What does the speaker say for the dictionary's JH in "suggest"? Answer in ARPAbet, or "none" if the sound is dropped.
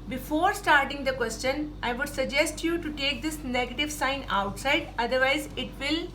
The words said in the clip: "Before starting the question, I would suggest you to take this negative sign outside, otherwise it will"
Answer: JH